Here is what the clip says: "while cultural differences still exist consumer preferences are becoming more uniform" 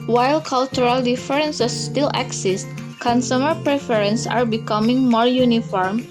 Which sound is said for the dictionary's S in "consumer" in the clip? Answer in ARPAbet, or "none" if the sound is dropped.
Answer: S